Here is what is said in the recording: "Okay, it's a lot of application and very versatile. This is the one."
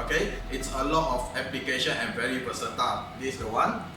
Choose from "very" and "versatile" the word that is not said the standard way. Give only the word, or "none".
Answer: versatile